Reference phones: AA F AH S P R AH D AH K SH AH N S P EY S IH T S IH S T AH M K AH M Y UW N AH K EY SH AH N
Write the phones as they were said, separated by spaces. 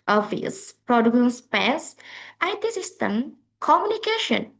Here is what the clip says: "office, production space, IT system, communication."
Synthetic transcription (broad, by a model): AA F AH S P R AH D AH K AH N S P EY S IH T S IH S T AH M K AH M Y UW N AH K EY SH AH N